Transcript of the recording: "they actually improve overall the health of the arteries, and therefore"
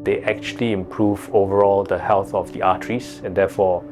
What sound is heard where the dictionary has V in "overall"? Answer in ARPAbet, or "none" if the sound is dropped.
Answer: V